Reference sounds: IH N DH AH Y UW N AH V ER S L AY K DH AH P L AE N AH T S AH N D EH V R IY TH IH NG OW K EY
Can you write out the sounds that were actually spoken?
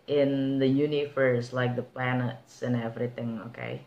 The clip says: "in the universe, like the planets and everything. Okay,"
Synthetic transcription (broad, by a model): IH N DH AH Y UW N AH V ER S L AY K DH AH P L AE N AH T S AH N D EH V R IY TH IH NG OW K EY